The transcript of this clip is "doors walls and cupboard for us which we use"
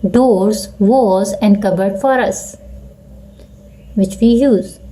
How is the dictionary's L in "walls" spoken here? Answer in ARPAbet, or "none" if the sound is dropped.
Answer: none